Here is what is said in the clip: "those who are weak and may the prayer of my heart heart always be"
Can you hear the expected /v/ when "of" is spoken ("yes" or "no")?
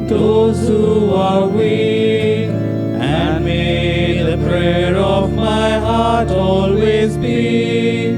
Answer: yes